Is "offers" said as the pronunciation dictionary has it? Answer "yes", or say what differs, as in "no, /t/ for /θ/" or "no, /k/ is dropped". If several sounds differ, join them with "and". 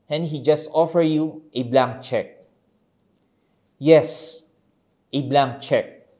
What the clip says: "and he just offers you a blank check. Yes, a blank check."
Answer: no, /z/ is dropped